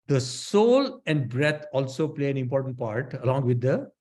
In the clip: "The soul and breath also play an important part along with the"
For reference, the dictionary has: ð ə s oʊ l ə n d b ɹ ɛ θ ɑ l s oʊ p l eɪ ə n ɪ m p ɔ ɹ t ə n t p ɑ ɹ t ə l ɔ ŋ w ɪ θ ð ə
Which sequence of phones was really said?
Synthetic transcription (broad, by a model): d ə s oʊ l ə n d b ɹ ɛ t ɑ l s oʊ p l eɪ ə n ɪ m p ɔ ɹ t ə n t p ɑ ɹ t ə l ɔ ŋ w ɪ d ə